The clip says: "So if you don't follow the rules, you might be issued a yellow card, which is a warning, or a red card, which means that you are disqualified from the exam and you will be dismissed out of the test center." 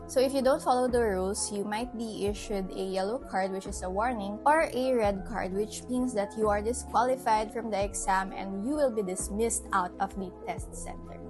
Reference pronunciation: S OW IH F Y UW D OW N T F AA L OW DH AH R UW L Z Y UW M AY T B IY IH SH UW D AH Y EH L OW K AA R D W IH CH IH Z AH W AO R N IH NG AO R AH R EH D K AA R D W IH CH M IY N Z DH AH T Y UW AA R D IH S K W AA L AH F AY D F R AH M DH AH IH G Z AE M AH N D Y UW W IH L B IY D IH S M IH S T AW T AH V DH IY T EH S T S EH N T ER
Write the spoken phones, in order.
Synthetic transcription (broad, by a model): S OW IH F Y UW D OW N T F AA L OW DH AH R UW L S Y UW M AY T B IY IH SH UW D AH Y EH L OW K AA R D W IH CH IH S AH W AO R N IH NG AO R AH R EH D K AA R D W IH CH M IY N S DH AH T Y UW AA R D IH S K W AA L AH F AY D F R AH M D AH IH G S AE M AH N D Y UW W IH L B IY D IH S M IH S T AW T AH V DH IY T EH S T S EH N T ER